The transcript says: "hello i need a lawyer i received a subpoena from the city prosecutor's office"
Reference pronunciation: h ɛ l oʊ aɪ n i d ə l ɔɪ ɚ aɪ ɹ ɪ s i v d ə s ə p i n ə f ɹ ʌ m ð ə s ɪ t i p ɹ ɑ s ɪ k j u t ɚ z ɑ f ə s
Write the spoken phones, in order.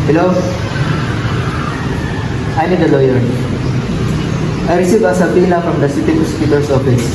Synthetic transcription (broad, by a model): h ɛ l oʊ aɪ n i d ə l ɔɪ ɚ aɪ ɹ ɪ s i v ə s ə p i l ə f ɹ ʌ m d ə s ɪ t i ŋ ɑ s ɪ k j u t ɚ s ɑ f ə s